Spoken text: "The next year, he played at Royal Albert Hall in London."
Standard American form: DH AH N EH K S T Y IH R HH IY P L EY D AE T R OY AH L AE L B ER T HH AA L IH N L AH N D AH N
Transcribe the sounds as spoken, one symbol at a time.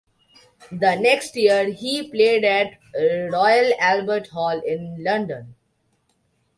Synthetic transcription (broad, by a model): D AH N EH K S T Y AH R HH IY P L EY D AE T R OY AH L AE L B ER T HH AA L IH N L AH N D AH N